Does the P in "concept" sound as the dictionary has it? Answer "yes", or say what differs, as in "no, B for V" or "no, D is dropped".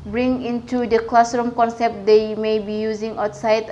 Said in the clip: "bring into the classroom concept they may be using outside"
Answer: yes